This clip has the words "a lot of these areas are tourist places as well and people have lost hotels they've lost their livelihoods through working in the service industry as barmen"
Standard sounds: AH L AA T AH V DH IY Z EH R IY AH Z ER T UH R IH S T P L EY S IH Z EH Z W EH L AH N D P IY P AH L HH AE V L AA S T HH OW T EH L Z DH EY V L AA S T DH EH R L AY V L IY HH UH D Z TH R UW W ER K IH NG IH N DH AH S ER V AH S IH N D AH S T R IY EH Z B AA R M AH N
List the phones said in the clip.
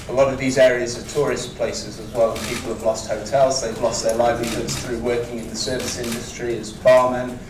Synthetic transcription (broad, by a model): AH L AA T AH V DH IY Z EH R IY AH Z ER T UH R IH S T P L EY S IH Z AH Z W EH L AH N P IY P AH L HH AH V L AA S T HH OW T EH L Z DH EY V L AA S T DH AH L AY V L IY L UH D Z TH R UW W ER K IH NG IH N DH AH S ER V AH S IH N D AH S T R IY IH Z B AA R M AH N